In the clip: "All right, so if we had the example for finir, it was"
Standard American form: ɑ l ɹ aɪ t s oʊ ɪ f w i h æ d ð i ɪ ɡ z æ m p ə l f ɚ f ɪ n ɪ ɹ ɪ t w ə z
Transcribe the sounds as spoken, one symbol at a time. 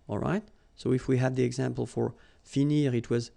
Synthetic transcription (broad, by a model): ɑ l ɹ aɪ t s oʊ ɪ f w i h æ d ð i ɪ ɡ z æ m p ə l f ɚ f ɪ n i ɹ ɪ t w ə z